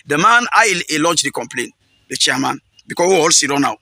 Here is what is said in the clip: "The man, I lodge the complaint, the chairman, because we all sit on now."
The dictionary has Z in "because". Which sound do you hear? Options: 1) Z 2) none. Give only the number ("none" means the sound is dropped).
2